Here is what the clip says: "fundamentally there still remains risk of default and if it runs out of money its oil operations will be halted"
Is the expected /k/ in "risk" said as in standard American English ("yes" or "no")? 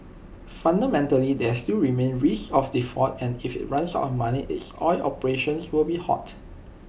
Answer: no